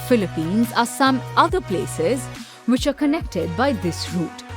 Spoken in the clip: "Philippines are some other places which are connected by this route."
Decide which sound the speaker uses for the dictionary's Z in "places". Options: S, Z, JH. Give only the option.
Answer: Z